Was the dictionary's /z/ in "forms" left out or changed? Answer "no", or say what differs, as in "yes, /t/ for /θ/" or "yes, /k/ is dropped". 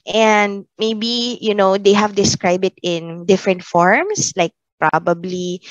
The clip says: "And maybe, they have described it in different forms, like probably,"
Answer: yes, /s/ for /z/